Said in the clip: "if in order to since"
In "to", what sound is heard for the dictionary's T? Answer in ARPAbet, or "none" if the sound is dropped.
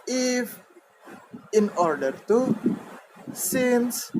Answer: T